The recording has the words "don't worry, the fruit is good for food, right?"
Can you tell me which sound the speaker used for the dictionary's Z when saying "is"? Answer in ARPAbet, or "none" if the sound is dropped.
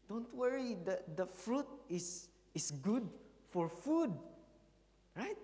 S